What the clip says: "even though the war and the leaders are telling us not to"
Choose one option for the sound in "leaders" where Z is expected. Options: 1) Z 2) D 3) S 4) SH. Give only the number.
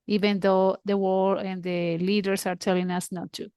3